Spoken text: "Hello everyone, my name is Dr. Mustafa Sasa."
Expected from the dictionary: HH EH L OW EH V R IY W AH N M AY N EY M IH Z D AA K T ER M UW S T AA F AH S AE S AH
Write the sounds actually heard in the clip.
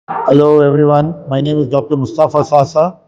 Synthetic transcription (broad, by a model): HH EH L OW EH V R IY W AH N M AY N EY M IH Z D AA K T ER M UW S T AA F AH S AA S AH